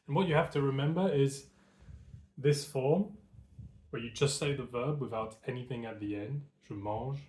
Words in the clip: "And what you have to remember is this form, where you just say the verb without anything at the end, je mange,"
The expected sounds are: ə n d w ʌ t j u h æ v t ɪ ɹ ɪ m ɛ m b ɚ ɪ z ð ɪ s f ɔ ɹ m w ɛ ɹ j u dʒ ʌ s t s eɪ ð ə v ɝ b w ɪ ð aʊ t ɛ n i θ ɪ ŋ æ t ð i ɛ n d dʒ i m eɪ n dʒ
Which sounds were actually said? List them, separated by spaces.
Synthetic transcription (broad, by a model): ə n w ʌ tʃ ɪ h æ f t ɪ ɹ ɪ m ɛ m b ɚ ɪ z ð ɪ s f ɔ ɹ m w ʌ ɹ j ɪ dʒ ʌ s t s eɪ ð ə v ɝ b w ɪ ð aʊ t ɛ n i θ ɪ ŋ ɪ t ð i ɛ n d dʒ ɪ m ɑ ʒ